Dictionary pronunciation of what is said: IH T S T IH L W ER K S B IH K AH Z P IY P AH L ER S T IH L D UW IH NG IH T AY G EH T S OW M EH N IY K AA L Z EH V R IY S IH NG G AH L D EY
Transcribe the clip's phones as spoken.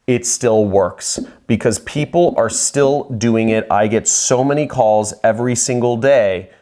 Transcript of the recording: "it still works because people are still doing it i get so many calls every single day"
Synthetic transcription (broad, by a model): IH T S T IH L W ER K S B IH K AH Z P IY P L ER S T IH L D UW IH NG IH T AY G EH T S OW M EH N IY K AA L Z EH V R IY S IH NG G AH L D EY